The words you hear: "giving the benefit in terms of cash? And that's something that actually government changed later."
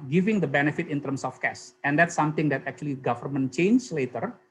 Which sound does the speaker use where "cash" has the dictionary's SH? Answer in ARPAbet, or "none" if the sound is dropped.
S